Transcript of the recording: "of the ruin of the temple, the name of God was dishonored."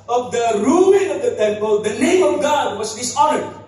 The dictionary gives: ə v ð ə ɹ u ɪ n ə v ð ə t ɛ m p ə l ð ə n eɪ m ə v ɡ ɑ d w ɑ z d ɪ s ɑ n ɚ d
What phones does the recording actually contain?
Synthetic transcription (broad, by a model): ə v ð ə ɹ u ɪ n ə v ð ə t ɛ m p ə l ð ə l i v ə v ɡ ɑ d w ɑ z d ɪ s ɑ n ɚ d